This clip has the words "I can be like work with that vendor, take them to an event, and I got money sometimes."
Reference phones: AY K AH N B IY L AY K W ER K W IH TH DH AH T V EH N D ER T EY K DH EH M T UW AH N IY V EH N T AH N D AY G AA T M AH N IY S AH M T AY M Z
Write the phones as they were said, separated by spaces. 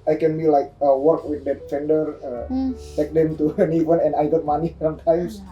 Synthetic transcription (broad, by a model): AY K AH N B IY L AY K W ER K W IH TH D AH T F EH N D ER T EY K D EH M T UW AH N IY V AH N AH N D AY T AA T M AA N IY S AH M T AY M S